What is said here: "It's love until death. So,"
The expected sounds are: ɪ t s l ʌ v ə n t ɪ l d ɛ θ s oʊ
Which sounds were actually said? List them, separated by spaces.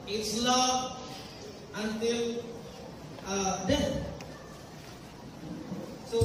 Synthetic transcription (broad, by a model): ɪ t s l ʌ ə n t ɪ l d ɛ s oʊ